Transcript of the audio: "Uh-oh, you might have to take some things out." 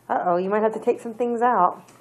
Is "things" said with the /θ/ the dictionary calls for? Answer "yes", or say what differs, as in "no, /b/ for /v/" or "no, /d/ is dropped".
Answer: yes